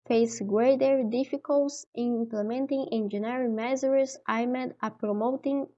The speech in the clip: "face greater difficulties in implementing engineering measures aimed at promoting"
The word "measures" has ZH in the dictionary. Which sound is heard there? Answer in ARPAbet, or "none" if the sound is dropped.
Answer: Z